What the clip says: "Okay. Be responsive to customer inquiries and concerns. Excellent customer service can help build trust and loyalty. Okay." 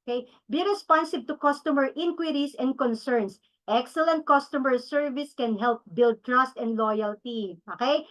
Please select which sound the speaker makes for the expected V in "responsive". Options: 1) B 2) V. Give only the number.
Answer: 1